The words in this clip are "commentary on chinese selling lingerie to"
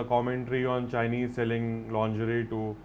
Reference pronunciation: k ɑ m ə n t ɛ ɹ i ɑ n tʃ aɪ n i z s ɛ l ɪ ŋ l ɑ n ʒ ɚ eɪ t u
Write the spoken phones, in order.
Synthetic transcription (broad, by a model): k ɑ m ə n t ɹ i ɑ n tʃ aɪ n i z s ɛ l ɪ ŋ l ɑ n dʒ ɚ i t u